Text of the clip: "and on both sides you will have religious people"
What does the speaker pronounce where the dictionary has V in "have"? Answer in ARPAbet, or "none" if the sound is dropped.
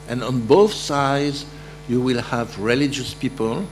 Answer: V